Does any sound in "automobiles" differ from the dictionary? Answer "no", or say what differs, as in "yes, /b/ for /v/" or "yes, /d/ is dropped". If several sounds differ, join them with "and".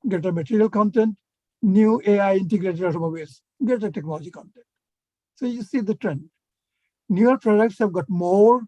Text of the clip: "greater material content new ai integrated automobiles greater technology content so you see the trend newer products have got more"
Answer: yes, /l/ is dropped